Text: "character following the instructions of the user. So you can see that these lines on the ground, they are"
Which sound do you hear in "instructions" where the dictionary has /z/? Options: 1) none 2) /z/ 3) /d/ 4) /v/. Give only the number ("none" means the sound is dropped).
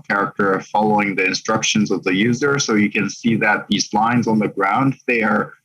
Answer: 2